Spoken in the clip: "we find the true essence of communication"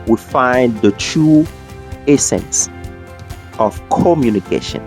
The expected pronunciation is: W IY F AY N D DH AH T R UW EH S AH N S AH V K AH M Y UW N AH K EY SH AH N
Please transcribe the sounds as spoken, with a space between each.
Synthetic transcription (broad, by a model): W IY F AY N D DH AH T UW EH S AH N S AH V K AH M Y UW N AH K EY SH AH N